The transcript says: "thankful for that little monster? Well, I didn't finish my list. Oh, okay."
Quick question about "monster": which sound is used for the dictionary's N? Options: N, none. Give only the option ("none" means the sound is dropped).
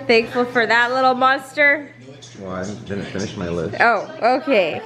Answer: N